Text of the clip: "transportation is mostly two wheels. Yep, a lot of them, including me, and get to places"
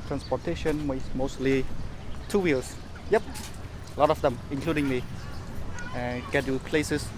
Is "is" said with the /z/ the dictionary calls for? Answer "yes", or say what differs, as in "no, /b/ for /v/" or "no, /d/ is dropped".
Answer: no, /s/ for /z/